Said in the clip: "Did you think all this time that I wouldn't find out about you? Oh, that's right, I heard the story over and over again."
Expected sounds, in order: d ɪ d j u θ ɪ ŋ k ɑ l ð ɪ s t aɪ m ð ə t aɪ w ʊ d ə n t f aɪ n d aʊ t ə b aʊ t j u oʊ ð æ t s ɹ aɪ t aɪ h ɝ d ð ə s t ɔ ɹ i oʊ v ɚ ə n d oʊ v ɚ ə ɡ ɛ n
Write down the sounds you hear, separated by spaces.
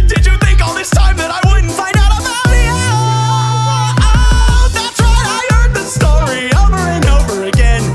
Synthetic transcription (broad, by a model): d ɪ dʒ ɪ θ ɪ ŋ k ɑ l ð ɪ s t aɪ m ð ə t aɪ w ʊ d n t f aɪ n d aʊ t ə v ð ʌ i ð æ t s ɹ aɪ aɪ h ɝ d ð ə s t ɔ ɹ i oʊ v ɚ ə n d oʊ v ɚ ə ɡ ɛ n